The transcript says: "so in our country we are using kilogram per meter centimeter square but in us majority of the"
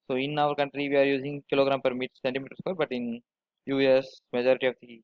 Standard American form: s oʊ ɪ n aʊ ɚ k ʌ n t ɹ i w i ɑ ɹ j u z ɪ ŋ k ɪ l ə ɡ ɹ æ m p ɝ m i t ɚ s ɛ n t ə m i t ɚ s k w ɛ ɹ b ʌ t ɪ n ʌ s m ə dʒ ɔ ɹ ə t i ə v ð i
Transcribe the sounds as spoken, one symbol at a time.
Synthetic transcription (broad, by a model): s oʊ ɪ n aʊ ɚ k ʌ n t ɹ i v i ɑ ɹ j u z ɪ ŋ k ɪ l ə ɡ ɹ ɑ m p ɝ m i t s ɛ n t ə m i t ɚ s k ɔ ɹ b ʌ t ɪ n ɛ s m ə dʒ ɔ ɹ ə t i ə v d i